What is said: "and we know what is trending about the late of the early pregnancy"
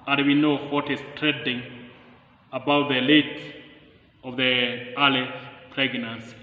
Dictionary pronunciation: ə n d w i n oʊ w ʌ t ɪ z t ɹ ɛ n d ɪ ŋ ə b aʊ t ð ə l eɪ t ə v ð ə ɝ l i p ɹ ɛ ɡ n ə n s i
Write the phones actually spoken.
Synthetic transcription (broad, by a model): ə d w i n oʊ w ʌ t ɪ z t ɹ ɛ d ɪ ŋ ə b aʊ t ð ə l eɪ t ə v ð ə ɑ l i p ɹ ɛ ɡ n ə n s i